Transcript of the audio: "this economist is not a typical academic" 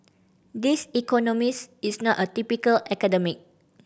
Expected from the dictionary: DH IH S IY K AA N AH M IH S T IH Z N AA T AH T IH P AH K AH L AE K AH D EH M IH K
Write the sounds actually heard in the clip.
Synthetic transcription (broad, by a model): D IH S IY K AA N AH M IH S IH S N AA T AH T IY P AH K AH L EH K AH D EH M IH K